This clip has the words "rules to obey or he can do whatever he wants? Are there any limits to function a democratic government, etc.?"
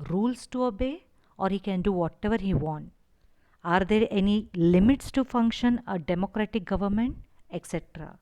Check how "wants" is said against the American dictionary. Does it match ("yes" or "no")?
no